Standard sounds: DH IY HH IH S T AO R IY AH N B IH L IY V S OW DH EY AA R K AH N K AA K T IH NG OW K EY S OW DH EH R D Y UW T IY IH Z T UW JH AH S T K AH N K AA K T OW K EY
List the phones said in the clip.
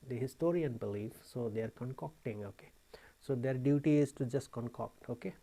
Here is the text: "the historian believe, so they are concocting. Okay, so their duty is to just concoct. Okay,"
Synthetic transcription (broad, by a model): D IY HH IH S T AO R IY AH N B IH L IY F S OW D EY AA R K AH N K AA K T IH NG OW K EY S OW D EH R D Y UW T IY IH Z T UW JH AH S T K AH N K AA K T OW K EY